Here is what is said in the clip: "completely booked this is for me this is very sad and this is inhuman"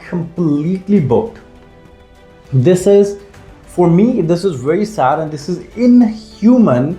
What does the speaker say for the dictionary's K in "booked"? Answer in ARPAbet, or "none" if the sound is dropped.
none